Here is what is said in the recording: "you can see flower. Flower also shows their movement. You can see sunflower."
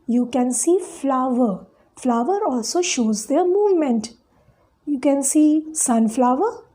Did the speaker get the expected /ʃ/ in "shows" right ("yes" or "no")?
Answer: yes